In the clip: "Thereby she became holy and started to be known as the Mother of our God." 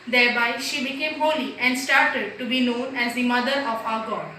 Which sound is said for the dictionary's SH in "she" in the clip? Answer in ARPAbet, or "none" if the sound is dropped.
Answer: SH